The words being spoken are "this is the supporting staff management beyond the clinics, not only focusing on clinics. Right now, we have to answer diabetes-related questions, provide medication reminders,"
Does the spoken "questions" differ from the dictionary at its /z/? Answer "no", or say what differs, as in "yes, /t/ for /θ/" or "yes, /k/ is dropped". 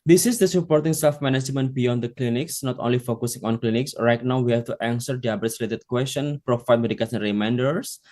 yes, /z/ is dropped